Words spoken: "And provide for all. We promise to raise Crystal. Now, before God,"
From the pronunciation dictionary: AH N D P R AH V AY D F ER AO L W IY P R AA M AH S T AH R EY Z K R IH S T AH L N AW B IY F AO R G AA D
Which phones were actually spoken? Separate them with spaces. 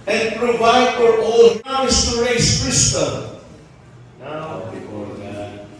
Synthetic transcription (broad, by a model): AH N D P R AH V AY D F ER AO L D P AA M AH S T AH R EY S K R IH S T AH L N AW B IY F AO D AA